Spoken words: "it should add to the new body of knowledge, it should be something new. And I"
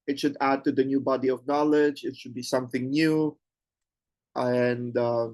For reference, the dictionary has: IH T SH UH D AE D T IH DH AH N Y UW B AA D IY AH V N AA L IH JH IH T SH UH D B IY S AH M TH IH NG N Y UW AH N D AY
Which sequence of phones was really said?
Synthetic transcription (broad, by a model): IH T SH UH D AE D T IH DH AH N Y UW B AA D IY AH V N AA L IH JH IH T SH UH D B IY S AH M TH IH NG N Y UW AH N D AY